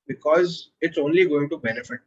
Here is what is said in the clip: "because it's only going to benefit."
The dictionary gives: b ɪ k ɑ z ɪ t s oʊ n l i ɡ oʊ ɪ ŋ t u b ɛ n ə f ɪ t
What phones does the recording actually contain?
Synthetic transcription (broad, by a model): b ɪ k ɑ z ɪ t s oʊ n l i ɡ oʊ ɪ ŋ t u b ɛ n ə f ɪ t